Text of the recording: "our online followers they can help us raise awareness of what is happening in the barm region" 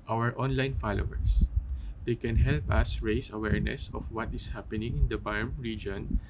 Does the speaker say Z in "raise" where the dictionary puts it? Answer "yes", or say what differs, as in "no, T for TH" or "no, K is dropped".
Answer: no, S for Z